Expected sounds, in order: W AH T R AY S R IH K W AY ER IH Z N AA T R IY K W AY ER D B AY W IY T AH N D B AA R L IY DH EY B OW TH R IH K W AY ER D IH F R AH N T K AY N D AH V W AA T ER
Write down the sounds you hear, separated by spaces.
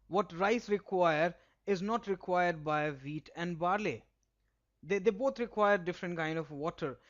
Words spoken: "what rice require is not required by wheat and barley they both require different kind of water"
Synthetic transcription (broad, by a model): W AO T R AY S R IH K W AY ER IH Z N AA T R IY K W AY ER D B AY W IY T AH N D B AA R L IY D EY B OW T R IH K W AY ER D IH F R AH N T K AY N D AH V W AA T ER